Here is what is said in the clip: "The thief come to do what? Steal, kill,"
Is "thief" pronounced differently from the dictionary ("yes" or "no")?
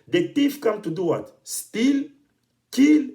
yes